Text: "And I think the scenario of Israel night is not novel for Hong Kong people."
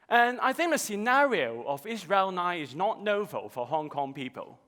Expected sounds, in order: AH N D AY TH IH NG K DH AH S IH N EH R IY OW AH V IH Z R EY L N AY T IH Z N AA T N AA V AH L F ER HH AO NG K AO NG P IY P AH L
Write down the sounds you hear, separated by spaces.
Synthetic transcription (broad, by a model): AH N AY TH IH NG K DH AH S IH N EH R IY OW AH V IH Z R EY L N AY IH Z N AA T N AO V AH L F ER HH AO NG K AO NG P IY P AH L